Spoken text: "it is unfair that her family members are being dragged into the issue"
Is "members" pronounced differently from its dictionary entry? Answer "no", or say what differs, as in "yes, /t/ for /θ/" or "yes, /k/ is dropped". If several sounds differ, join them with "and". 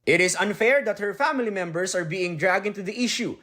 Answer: yes, /s/ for /z/